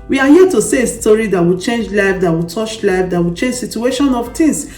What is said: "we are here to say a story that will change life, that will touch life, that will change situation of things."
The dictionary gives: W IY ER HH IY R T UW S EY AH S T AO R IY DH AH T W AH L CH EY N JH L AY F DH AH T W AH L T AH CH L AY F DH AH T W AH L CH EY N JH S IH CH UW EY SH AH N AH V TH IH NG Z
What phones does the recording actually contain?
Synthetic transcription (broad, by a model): W IY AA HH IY T UW S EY AH S T AO R IY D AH T W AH CH EY N JH L AY F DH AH T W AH T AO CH L AY F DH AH T W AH CH EY N JH S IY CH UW EY SH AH N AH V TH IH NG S